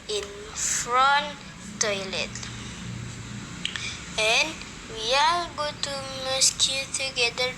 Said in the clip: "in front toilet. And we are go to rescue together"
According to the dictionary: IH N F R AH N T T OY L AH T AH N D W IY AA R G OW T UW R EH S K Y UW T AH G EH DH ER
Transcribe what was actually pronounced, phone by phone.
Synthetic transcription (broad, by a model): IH N F R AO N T T OY L AH T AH N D W IY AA L G OW T UW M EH S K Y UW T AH G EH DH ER